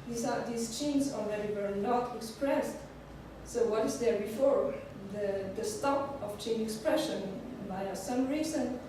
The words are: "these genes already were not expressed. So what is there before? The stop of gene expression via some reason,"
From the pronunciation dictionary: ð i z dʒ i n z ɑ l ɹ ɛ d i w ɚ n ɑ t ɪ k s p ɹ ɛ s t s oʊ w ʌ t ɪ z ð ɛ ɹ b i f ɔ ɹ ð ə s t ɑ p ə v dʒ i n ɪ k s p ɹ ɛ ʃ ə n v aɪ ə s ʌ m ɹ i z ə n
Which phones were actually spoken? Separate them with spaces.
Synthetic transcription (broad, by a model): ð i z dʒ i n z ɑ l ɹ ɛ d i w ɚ n ɑ t ɪ k s p ɹ ɛ s t s oʊ w ʌ t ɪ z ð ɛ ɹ b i f ɔ ɹ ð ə s t ɑ p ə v tʃ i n ɪ k s p ɹ ɛ ʃ ə n b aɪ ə s ʌ m ɹ i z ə n